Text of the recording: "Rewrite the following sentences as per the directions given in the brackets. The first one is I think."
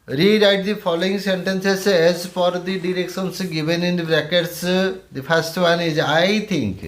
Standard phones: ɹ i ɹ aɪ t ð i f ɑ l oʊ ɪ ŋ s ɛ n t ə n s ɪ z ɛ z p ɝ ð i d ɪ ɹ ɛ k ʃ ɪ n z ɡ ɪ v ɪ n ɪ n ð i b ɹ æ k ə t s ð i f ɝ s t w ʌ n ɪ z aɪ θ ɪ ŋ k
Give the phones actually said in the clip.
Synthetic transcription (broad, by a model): ɹ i ɹ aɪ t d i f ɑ l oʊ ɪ ŋ s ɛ n t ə n s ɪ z ɛ z f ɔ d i d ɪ ɹ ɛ k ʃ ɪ n s ɡ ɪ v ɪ n ɪ n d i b ɹ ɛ k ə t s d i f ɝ s t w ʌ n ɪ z aɪ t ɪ ŋ k